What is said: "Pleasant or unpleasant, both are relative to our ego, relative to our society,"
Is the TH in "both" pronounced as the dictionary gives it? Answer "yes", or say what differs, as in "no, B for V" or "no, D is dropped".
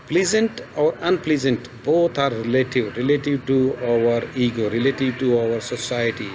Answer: no, T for TH